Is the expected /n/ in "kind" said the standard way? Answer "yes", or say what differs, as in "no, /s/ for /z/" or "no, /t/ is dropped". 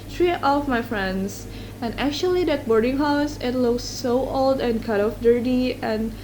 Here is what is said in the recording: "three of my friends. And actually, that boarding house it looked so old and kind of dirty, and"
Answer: no, /n/ is dropped